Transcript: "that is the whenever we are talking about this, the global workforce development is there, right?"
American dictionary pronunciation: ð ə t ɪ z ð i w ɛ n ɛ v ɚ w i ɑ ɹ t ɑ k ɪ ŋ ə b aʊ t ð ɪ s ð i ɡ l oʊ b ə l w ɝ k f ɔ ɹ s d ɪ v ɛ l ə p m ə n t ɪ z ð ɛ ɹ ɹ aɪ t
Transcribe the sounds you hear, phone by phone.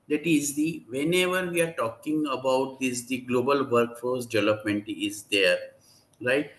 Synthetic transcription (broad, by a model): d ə t ɪ z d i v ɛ n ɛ v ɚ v i ɑ ɹ t ɑ k ɪ ŋ ə b aʊ t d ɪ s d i ɡ l oʊ b ə l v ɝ k f ɔ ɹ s d ɪ v ɛ l ə p m ə n t ɪ z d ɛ ɹ ɹ aɪ t